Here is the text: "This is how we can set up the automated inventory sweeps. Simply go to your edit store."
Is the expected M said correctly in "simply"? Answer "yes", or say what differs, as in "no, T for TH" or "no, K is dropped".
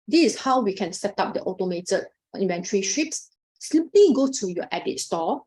no, M is dropped